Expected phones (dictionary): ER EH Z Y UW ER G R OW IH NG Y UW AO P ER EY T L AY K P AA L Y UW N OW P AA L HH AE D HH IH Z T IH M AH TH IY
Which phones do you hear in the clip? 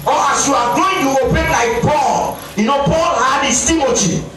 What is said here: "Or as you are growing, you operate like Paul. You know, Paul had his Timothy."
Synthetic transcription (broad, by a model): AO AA S Y UW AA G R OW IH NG Y UW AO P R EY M L AY K P AA L Y UW N OW P AA L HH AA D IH S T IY M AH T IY